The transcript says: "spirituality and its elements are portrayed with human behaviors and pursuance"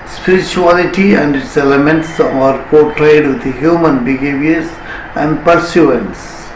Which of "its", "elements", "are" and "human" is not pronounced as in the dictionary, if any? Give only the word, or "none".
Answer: none